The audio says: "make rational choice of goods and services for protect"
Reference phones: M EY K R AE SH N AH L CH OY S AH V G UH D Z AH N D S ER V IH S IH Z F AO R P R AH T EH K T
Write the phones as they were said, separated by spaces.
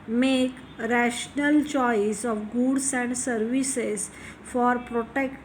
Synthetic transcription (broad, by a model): M EY K R AE SH N AH L CH OY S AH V G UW D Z AH N D S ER V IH S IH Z F AO R P R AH T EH K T